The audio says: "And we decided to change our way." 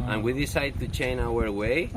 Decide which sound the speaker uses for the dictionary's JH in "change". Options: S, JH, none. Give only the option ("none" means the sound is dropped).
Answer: none